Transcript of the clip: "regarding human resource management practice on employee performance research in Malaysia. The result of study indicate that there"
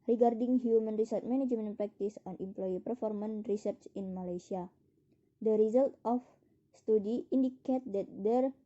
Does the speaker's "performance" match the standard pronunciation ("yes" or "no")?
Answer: no